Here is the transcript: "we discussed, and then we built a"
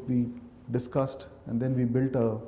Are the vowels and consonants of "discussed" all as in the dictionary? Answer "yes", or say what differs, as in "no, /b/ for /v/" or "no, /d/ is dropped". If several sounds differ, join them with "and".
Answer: yes